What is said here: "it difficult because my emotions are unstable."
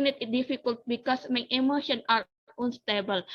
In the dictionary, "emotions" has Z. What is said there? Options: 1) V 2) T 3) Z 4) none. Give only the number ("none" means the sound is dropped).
4